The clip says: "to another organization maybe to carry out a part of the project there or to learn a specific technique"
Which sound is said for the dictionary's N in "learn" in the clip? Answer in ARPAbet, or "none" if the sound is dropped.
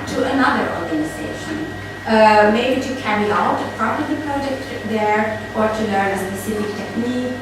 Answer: none